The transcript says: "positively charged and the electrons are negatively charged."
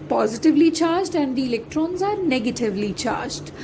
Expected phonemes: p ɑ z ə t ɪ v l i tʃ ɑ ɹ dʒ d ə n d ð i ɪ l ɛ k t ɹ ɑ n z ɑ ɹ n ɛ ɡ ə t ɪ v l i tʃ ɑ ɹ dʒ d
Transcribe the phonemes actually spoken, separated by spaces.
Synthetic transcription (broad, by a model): p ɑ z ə t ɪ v l i tʃ ɑ ɹ dʒ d ə n d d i ɪ l ɛ k t ɹ ɑ n z ɑ ɹ n ɛ ɡ ə t ɪ v l i tʃ ɑ ɹ dʒ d